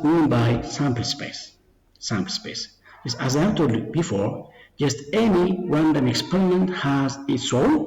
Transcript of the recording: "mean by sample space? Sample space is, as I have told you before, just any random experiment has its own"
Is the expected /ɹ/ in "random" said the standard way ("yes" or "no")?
no